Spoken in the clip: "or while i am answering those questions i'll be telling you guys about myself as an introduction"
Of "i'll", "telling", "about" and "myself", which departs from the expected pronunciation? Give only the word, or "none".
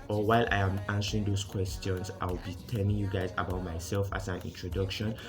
i'll